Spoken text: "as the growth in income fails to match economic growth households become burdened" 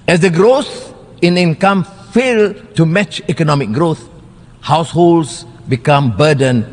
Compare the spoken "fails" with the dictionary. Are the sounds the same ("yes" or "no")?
no